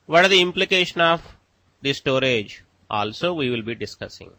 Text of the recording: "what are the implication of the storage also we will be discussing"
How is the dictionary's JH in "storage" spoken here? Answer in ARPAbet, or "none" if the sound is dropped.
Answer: JH